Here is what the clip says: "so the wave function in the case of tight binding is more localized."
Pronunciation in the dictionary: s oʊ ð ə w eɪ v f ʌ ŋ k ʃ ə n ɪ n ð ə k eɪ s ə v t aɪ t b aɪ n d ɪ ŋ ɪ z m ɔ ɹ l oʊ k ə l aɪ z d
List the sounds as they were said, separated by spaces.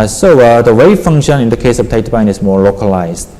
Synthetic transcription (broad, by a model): s oʊ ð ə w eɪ f ʌ ŋ k ʃ ə n ɪ n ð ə k eɪ s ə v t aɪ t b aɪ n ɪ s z m ɔ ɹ l oʊ k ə l aɪ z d